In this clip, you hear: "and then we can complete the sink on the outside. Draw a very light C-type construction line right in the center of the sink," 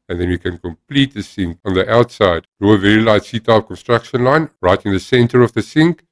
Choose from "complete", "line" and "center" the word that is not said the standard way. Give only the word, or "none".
none